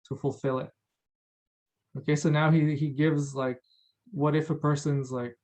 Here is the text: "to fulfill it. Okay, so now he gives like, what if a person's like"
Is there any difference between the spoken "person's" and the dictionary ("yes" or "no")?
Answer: no